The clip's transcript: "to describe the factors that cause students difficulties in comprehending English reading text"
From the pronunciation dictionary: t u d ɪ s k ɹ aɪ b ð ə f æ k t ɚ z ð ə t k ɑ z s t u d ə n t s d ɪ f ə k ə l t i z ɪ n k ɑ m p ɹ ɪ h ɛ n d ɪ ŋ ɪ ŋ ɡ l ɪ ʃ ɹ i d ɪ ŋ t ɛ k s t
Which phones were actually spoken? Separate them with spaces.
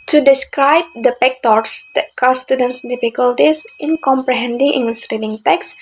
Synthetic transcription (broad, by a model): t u d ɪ s k ɹ aɪ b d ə p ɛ k t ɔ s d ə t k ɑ s t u d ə n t s d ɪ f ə k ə l t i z ɪ n k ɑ m p ɹ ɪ h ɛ n d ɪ ŋ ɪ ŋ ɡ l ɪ s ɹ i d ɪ ŋ t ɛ k s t